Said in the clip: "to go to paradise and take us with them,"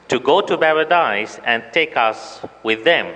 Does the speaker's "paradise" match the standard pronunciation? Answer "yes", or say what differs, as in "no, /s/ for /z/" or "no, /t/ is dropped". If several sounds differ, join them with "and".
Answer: no, /b/ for /p/